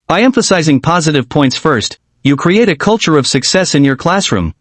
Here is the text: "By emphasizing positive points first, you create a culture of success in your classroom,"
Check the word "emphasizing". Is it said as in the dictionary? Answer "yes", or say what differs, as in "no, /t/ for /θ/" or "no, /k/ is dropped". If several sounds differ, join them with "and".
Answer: yes